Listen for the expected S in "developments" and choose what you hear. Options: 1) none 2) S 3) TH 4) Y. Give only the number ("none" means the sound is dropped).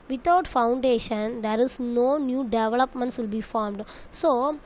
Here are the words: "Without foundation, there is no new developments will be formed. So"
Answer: 2